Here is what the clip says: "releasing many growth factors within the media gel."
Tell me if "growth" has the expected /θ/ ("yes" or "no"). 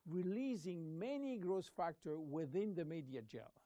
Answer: no